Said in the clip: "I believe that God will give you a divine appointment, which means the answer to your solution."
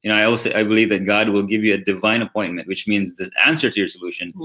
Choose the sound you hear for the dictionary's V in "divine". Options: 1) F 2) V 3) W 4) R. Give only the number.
2